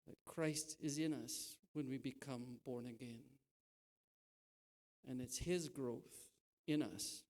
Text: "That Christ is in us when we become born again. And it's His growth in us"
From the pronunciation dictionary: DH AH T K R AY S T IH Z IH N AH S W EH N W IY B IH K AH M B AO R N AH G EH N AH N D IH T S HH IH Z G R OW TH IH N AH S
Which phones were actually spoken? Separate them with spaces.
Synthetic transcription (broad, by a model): DH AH T K R AY S T IH Z IH N AH S W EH N W IY B IH K AH M B AO R N AH G EH N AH N IH T S HH IH Z G R OW TH IH N AH S